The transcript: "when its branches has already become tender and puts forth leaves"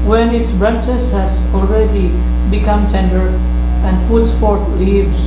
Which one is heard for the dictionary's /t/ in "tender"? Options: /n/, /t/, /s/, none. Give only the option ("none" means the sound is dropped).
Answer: /s/